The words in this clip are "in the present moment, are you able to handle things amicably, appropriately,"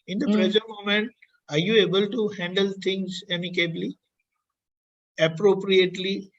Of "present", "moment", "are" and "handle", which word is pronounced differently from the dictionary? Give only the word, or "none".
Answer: present